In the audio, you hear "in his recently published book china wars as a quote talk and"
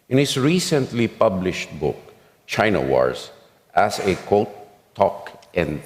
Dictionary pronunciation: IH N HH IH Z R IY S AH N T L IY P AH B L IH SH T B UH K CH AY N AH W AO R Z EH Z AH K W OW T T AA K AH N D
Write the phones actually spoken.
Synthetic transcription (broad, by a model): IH N HH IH S R IY S AH N T L IY P AH B L IH SH T B UH K CH AY N AH W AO R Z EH S AH K OW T T AA K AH N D